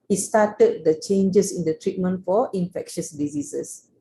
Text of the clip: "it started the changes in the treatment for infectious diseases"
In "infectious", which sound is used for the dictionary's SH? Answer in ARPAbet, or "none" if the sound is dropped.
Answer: SH